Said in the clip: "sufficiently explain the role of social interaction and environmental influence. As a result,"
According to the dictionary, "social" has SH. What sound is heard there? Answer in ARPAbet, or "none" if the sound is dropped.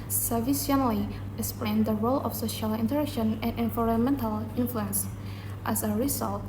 SH